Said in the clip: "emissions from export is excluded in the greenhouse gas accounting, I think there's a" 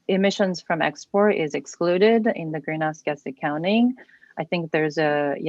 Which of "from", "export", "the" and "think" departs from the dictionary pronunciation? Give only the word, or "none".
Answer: none